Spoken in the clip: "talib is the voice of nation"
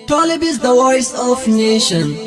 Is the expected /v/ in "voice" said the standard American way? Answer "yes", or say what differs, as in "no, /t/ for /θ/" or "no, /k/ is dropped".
no, /w/ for /v/